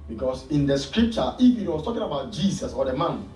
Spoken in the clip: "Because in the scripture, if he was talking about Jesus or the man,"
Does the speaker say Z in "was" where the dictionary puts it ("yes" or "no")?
no